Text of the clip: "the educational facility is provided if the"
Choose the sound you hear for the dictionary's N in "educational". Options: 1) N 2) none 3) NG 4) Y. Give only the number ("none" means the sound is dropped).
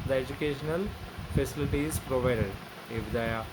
1